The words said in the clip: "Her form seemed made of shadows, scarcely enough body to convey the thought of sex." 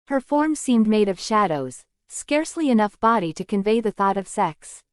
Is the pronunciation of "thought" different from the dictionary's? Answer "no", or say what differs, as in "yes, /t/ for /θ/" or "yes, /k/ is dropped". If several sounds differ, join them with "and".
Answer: no